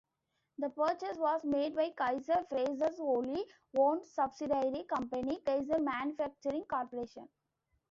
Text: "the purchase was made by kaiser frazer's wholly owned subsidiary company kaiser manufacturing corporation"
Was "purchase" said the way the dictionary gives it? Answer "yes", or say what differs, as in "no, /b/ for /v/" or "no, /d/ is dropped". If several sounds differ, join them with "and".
yes